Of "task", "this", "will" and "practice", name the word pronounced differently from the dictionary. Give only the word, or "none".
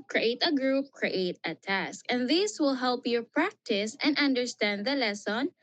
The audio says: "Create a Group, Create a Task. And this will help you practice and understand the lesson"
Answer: none